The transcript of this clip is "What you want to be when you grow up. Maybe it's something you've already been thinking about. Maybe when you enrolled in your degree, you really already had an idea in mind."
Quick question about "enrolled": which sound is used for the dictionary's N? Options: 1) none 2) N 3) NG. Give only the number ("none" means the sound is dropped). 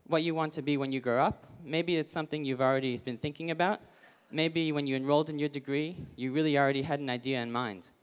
2